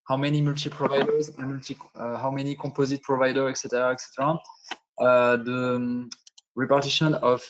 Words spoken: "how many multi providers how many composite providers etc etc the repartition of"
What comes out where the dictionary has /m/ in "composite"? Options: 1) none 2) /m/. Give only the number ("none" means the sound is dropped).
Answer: 1